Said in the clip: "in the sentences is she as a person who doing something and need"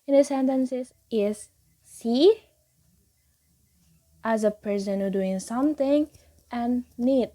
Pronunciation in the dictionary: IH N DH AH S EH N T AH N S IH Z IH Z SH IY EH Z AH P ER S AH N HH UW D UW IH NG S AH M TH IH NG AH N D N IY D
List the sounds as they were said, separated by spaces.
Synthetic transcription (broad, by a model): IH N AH S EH N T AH N S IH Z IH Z S IY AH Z AH P ER S AH N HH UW D UW IH NG S AH M TH IH NG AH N N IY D